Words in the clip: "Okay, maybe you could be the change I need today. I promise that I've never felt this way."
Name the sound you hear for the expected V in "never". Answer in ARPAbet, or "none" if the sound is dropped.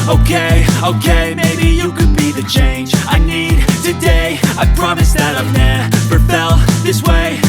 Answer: P